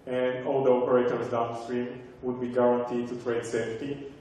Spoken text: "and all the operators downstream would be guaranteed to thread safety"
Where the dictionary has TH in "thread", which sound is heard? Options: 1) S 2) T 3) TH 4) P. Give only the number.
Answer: 2